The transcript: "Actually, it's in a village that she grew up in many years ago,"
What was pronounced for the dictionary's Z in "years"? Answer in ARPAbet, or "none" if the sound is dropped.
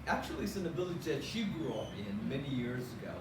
Z